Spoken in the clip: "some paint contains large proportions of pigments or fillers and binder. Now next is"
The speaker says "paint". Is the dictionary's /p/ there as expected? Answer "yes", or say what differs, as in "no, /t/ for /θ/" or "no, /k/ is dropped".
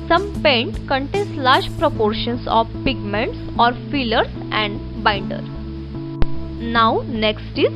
yes